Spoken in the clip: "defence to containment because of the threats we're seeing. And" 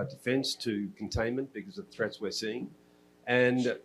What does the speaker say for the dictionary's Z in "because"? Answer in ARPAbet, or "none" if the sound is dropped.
Z